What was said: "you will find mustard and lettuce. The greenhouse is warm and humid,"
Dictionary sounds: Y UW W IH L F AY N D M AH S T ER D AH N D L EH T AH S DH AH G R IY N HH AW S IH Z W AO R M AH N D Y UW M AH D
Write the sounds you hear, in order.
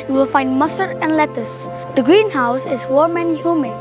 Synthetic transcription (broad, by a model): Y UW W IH L F AY N D M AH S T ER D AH N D L EH T AH S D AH G R IY N HH AW S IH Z W AO R M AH N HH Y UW M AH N